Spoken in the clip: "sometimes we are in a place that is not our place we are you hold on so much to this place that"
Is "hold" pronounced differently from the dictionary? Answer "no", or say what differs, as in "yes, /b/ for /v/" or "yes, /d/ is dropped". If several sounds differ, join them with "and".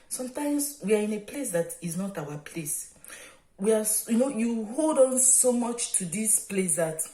no